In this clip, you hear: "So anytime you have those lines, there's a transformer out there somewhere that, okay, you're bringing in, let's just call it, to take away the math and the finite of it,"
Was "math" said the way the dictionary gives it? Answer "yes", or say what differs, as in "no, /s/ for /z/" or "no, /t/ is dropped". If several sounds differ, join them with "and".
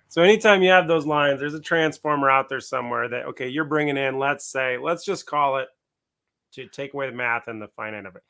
yes